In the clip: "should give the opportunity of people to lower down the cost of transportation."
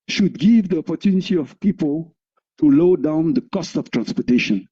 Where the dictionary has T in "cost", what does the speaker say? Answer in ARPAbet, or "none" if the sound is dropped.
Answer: T